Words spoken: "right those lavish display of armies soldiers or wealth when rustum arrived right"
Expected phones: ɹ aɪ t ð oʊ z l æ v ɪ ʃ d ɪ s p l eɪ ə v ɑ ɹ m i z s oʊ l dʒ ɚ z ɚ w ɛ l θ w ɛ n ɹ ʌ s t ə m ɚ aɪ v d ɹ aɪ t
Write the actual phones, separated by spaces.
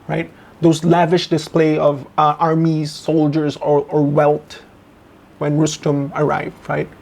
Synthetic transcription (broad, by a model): ɹ aɪ t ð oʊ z l æ v ɪ ʃ d ɪ s p l eɪ ə v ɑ ɹ m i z s oʊ l dʒ ɚ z ɚ w ɛ l t w ɛ n ɹ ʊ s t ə m ɚ aɪ v d ɹ aɪ t